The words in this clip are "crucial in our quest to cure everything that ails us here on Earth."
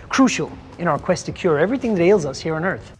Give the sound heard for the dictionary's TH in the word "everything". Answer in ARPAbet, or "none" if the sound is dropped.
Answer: TH